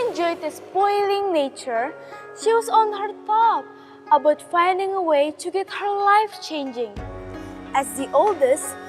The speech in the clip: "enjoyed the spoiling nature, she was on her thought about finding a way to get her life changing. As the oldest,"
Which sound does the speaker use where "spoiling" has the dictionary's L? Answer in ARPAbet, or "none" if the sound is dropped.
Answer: L